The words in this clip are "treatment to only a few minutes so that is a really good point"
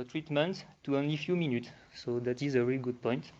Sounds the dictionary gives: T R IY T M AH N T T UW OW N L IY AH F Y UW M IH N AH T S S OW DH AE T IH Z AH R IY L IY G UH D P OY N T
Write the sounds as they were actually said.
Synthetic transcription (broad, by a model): T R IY T M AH N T T UW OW N L IY F Y UW M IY N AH T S S OW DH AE T IH Z AH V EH IY G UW D P OY N T